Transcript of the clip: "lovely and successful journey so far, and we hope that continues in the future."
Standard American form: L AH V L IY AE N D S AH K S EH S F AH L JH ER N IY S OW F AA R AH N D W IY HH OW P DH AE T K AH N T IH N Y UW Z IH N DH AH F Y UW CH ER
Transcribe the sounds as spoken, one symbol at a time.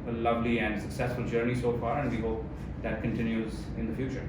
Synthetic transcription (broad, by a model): L AH V L IY AE N D S AH K S EH S F AH L JH ER N IY S OW F AA R AH N D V IY HH OW P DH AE T K AH N T IH N Y UW Z IH N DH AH F Y UW CH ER